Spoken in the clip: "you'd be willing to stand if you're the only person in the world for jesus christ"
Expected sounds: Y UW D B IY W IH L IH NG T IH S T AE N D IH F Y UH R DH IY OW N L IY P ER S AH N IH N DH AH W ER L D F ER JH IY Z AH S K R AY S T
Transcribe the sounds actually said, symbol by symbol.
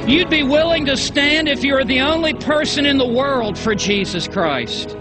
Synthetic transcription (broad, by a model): Y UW D B IY W IH L IH NG T IH S T AE N D IH F Y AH R DH IY OW N L IY P ER S AH N IH N DH AH W ER L D F ER JH IY Z AH S K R AY S T